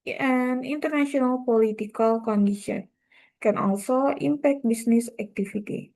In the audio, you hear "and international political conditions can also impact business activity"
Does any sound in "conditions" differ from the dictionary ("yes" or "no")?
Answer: yes